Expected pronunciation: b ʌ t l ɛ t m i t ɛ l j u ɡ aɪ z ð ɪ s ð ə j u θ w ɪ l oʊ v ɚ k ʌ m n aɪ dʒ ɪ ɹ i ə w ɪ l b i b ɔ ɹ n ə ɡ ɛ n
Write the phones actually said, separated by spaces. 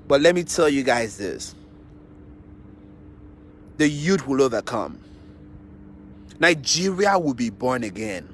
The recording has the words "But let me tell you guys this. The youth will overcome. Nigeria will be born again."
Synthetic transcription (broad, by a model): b ʌ t l ɛ t m i t ɛ l j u ɡ aɪ z ð ɪ s ð ə j u t w ɪ l oʊ v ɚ k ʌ m n aɪ dʒ ɪ ɹ i ə w ɪ l b i b ɔ ɹ n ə ɡ ɛ n